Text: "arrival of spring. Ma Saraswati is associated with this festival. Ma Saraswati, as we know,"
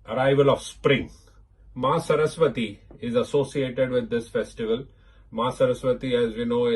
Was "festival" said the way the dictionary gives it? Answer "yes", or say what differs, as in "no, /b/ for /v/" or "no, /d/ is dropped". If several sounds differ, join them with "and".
yes